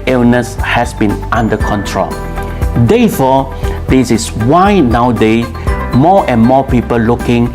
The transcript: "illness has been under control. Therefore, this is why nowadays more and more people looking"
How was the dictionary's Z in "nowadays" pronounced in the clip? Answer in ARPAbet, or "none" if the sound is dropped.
none